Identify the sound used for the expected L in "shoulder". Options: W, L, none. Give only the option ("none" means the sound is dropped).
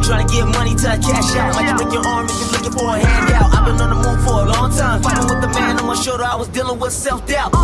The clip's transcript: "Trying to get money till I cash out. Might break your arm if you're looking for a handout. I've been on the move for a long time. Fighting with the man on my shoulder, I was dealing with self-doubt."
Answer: none